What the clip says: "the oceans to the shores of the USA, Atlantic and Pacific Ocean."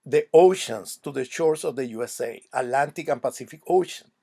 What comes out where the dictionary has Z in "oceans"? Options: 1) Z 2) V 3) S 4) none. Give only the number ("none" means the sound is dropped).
3